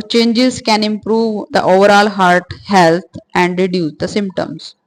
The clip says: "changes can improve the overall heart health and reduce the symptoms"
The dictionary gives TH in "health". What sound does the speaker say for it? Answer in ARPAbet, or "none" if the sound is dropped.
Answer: T